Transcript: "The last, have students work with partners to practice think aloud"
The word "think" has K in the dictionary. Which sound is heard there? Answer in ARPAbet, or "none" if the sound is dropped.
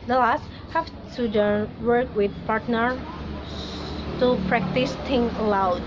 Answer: none